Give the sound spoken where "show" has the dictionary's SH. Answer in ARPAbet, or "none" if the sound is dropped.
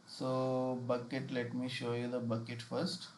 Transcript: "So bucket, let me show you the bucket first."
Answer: SH